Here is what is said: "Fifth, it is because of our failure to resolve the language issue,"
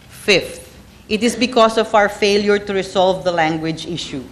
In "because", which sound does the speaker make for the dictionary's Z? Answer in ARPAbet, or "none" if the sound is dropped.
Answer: S